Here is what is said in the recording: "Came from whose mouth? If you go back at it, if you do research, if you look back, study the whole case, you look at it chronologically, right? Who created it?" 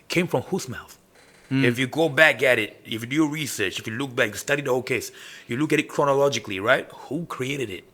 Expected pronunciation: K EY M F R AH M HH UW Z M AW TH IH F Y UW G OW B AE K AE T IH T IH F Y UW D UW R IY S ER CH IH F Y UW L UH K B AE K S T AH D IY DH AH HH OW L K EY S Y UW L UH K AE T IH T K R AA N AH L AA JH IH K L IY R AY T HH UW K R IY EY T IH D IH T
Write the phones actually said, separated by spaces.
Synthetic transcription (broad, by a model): K EY M F R AH M HH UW S M AW TH IH F Y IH G OW B AE K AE T IH T IH F Y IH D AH R IY S ER CH IH F Y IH L UH K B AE K S T AH D IY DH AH HH OW L K EY S Y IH L UH K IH T IH T K R AA N AH L AA JH IH K L IY R AY T HH UW K R IY EY T IH D IH T